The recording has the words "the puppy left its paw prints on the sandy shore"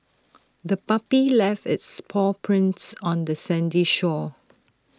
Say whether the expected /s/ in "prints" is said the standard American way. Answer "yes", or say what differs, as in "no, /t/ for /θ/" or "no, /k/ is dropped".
yes